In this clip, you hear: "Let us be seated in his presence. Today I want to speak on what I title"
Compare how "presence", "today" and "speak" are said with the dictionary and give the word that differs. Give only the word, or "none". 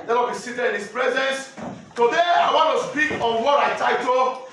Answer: none